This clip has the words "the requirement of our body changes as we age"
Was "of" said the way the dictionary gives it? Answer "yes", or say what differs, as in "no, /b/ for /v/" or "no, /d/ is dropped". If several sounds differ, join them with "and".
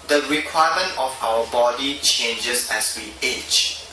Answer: no, /f/ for /v/